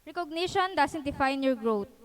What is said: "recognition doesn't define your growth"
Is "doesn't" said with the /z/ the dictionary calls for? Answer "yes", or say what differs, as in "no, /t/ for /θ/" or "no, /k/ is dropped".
no, /s/ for /z/